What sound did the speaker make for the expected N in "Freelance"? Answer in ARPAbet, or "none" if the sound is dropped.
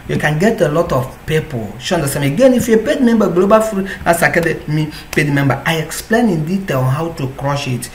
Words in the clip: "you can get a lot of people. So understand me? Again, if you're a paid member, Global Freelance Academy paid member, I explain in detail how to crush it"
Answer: none